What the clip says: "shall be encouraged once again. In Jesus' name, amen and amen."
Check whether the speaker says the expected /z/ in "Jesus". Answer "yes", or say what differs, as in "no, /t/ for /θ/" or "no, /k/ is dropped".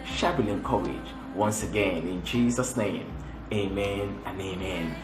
yes